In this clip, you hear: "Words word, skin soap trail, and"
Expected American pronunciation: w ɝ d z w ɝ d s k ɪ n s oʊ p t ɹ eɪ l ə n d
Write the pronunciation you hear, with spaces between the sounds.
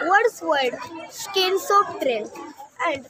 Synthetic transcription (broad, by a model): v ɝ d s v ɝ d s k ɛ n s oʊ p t ɹ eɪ n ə n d